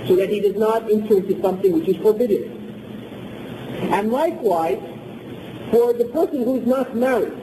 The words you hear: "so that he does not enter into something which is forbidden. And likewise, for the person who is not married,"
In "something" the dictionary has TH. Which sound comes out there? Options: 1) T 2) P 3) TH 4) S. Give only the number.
3